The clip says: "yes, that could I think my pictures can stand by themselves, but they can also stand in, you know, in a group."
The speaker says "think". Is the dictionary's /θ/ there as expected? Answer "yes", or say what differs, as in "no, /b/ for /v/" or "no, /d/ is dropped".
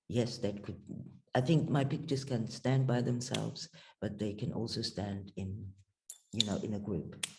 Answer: yes